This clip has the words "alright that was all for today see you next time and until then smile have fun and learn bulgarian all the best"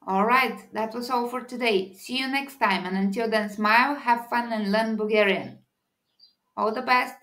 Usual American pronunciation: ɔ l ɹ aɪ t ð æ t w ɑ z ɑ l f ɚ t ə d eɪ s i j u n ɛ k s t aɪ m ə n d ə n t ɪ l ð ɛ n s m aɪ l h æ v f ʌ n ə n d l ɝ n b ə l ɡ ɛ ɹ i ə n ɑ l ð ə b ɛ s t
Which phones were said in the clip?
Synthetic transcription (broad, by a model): ɔ l ɹ aɪ t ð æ t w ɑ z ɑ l f ɚ t ə d eɪ s i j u n ɛ k s t aɪ m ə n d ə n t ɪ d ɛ n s m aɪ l h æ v f ʌ n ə n l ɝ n b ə ɡ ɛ ɹ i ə n ɑ l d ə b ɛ s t